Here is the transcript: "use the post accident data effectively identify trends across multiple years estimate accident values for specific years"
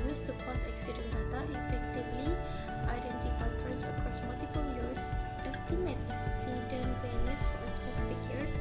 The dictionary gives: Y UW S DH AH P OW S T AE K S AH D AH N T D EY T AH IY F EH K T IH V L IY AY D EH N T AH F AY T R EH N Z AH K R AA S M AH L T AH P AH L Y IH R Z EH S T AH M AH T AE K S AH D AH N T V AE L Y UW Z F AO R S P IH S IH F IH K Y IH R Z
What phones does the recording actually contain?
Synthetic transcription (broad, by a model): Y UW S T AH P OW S EH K S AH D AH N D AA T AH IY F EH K T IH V L IY AY D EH N T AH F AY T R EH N S AH K R AA S M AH L T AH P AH L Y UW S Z EH S T AH M AH T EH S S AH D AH N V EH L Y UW S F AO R S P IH S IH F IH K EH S